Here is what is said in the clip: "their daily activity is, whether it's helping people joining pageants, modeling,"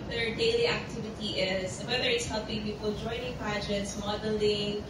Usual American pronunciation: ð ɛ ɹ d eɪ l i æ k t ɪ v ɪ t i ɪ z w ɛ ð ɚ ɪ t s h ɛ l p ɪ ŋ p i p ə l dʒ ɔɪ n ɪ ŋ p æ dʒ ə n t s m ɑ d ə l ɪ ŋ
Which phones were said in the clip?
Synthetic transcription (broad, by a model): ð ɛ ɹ d eɪ l i æ k t ɪ v ɪ t i ɪ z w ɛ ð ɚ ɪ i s h ɛ l p ɪ ŋ p i p ə l dʒ ɔɪ n ɪ ŋ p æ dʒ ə t s m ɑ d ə l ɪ ŋ